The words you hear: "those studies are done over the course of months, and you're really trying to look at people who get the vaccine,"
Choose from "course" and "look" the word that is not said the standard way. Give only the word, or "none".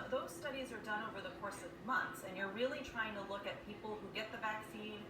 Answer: none